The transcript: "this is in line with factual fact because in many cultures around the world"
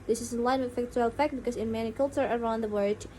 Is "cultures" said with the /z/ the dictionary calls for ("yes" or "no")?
no